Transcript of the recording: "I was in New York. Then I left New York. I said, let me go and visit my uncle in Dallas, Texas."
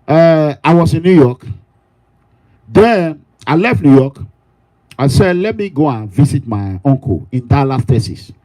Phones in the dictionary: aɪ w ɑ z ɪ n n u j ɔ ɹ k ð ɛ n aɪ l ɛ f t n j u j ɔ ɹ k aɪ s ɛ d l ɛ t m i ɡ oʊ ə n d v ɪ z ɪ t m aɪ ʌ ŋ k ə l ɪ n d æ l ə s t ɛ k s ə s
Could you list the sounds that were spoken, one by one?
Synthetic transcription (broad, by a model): aɪ w ɑ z ɪ n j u j ɔ k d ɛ aɪ l ɛ f t n j u j ɔ k aɪ s ɛ d l ɛ t m i ɡ oʊ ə n v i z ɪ t m aɪ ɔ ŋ k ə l ɪ n d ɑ l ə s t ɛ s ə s